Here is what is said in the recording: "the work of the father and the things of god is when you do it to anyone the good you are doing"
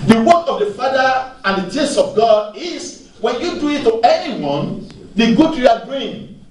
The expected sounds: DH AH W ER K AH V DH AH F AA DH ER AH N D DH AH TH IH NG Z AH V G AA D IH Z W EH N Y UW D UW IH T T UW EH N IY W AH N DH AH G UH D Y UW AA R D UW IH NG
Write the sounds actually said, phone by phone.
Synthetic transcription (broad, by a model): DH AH W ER K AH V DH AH F AA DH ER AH N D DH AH T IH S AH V G AA D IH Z W EH N Y UW D UW IH T T UW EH N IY W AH N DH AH G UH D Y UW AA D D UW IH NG